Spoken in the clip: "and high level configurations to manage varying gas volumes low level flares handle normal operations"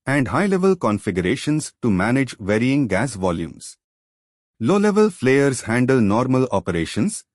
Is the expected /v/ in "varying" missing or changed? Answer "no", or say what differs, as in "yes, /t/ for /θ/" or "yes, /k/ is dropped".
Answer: no